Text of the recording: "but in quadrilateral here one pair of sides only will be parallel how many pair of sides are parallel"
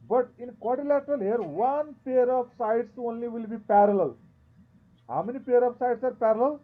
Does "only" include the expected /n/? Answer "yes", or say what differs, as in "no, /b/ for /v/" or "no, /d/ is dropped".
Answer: yes